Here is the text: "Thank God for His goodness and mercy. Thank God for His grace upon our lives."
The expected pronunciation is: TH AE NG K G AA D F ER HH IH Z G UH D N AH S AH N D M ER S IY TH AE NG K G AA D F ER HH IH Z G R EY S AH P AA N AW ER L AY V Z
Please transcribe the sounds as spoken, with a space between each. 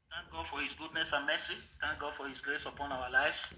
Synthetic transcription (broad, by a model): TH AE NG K G AA D F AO HH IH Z G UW D N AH S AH N M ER S IY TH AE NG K G AA D F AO HH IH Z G L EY S AH P AA N AW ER L AY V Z